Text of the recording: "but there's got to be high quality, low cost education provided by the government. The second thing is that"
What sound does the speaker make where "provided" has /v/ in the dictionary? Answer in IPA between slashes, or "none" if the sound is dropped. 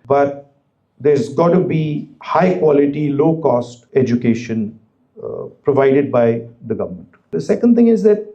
/v/